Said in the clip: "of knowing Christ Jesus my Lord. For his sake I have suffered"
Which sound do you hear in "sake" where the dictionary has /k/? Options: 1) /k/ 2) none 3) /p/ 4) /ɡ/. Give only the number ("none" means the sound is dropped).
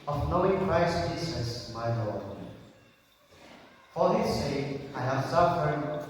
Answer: 2